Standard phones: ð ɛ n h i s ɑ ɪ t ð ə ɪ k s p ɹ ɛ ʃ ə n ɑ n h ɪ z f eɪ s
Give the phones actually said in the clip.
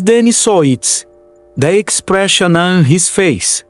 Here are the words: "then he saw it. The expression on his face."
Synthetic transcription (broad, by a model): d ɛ n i s ɑ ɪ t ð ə ɪ k s p ɹ ɛ ʃ ə n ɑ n h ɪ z f eɪ s